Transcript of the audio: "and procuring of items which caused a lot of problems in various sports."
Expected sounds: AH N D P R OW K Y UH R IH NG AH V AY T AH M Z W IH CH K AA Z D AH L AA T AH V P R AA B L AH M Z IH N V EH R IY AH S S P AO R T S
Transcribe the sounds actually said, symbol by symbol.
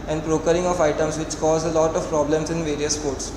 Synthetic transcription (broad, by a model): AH N D P R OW K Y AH R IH NG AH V AY T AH M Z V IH CH K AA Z AH L AA T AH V P R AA B L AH M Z IH N V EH R IY AH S S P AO R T S